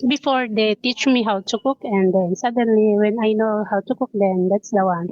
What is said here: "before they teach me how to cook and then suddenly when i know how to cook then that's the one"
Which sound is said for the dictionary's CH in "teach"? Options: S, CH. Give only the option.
CH